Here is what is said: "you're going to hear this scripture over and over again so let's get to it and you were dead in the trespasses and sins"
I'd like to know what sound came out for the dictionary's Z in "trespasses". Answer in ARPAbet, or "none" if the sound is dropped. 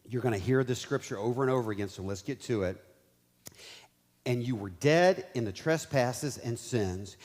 Z